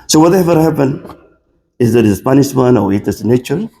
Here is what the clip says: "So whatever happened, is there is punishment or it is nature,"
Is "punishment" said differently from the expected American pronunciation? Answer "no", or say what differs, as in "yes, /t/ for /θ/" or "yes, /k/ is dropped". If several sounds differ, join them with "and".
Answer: yes, /t/ is dropped